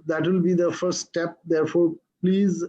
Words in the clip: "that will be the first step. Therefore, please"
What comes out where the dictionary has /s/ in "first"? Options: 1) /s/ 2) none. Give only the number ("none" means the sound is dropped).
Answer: 2